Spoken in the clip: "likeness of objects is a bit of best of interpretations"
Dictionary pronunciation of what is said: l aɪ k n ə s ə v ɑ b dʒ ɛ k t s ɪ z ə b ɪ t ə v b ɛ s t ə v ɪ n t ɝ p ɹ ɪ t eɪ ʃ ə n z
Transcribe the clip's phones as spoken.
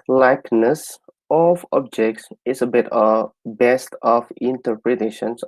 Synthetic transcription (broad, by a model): l aɪ k n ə s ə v ɑ b dʒ ɛ k t s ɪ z ə b ɪ t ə b ɛ s t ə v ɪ n t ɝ p ɹ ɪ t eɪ ʃ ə n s